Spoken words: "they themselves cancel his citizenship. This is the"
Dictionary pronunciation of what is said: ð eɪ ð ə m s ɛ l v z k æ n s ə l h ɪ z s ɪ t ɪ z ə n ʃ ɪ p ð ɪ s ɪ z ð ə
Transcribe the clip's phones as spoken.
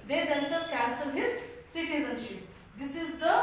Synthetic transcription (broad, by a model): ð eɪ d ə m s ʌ v k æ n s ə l h ɪ z s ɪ t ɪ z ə n ʃ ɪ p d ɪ s ɪ z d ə